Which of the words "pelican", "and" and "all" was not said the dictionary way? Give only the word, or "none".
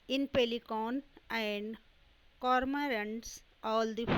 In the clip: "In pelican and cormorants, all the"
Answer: none